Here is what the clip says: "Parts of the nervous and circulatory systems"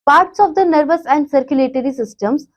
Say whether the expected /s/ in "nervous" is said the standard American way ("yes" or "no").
yes